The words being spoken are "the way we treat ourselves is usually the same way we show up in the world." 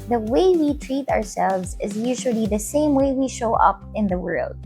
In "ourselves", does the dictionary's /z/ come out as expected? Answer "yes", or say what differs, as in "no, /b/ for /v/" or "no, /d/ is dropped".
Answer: yes